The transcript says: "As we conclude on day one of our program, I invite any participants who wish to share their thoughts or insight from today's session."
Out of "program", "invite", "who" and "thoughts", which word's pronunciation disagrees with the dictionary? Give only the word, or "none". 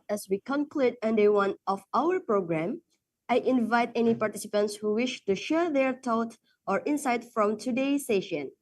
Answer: thoughts